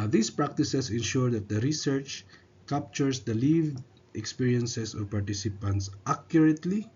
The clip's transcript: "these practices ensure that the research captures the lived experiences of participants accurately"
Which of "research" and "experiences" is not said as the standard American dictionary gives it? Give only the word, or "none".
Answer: experiences